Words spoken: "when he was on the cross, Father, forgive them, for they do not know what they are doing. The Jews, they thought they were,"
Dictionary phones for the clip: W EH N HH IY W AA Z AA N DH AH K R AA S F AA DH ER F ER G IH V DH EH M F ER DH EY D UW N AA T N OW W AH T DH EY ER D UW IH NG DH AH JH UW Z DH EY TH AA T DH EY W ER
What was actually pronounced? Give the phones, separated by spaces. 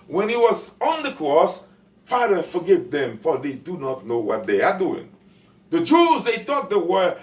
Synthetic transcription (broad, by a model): W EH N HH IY W AA Z AA N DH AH K R AA S F AA DH ER F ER G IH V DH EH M F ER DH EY D UW N AA T N OW W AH T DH EY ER D UW IH NG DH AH JH UW Z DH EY T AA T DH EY W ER